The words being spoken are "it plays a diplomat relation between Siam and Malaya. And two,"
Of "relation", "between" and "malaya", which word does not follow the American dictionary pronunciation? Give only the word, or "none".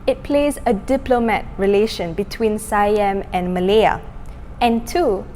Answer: none